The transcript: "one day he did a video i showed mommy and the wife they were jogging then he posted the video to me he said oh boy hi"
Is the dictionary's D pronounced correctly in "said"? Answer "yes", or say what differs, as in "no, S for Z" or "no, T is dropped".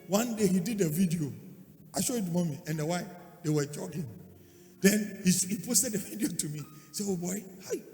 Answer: no, D is dropped